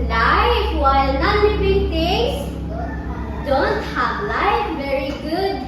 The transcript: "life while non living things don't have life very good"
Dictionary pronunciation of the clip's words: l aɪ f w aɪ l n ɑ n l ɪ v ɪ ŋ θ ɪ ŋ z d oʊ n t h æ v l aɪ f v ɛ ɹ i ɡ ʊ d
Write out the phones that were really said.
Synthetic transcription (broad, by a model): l aɪ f w aɪ l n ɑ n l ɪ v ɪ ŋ t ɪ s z d oʊ n t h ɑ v l aɪ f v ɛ ɹ i ɡ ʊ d